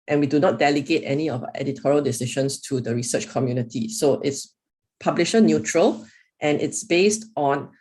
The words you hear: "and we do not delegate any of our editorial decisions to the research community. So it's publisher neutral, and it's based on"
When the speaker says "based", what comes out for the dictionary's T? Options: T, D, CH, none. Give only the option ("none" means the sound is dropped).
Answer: T